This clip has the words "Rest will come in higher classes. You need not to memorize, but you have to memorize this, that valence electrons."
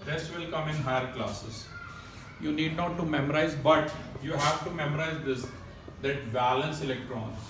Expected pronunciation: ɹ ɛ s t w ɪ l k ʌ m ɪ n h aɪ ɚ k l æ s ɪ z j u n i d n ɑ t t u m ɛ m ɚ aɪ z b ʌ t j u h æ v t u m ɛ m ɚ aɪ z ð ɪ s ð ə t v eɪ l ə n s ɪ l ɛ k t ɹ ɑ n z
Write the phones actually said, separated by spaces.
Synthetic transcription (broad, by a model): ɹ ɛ s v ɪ l k ʌ m ɪ n h aɪ ɚ k l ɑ s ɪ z j u n i d n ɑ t t u m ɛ m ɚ aɪ z b ʌ t j u h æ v t u m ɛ m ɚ aɪ z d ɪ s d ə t b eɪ l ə n s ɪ l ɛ k t ɹ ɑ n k